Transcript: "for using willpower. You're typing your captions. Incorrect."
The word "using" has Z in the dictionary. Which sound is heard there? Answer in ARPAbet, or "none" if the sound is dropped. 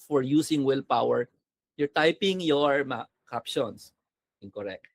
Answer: S